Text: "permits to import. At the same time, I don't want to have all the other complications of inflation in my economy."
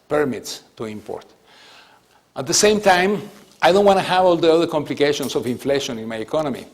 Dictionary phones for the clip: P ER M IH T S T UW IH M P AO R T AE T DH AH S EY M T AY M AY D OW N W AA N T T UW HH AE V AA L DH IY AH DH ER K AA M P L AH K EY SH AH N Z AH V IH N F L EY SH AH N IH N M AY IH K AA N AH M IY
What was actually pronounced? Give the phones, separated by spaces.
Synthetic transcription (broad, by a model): P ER M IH T S T UW IH M P AO R T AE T DH AH S EY M T AY M AY D OW N W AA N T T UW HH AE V AA L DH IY AH DH ER K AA M P L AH K EY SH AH N S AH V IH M F L EY SH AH N IH N M AY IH K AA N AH M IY